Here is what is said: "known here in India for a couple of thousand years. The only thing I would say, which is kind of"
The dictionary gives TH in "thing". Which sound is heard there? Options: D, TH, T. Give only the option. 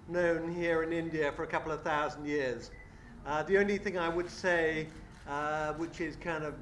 TH